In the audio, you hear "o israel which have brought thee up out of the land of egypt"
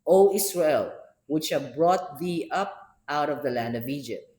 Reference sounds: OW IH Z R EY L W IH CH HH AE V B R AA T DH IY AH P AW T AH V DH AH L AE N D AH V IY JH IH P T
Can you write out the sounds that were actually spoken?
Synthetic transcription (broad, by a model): OW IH S R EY L W IH CH HH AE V B R AA T DH IY AH P AW T AH V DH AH L AE N D AH V IY JH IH P T